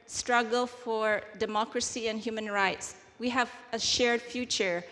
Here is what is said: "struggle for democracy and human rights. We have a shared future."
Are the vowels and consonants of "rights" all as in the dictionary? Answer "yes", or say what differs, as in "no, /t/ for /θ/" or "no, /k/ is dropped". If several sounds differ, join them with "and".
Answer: yes